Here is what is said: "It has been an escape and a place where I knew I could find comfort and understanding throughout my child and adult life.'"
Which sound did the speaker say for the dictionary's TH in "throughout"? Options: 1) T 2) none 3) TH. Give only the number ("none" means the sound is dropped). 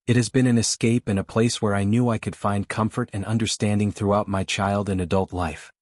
3